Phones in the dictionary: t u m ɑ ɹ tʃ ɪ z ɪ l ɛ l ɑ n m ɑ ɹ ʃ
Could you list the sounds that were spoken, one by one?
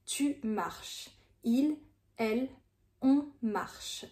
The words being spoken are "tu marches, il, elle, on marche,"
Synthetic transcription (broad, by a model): t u m ɑ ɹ ʃ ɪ l ɛ l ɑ m ɑ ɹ ʃ